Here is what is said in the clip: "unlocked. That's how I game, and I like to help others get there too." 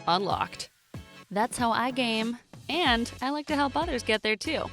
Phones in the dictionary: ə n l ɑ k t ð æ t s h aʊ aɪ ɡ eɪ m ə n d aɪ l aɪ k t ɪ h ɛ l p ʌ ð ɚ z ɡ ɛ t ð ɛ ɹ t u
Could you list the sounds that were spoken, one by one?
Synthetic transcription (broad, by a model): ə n l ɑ k t ð æ t s h aʊ aɪ ɡ eɪ m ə n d aɪ l aɪ k t ɪ h ɛ l p ʌ ð ɚ z ɡ ɛ t ð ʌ ɹ t u